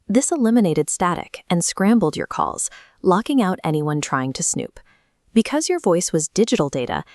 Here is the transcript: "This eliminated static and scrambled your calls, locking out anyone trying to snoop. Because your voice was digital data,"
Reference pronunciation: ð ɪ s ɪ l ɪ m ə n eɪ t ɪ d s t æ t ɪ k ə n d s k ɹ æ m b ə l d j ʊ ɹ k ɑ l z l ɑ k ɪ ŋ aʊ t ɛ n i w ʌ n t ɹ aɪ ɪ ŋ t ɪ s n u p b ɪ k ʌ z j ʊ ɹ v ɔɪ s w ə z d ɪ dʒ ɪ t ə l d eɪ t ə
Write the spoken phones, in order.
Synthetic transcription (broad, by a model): ð ɪ s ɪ l ɪ m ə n eɪ t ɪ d s t æ t ɪ k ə n s k ɹ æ m b l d j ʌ ɹ k ɑ l z l ɑ k ɪ ŋ aʊ t ɛ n i w ʌ n t ɹ aɪ ɪ ŋ t ɪ s n u p b ɪ k ʌ z j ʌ ɹ v ɔɪ s w ə z d ɪ dʒ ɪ t l d eɪ t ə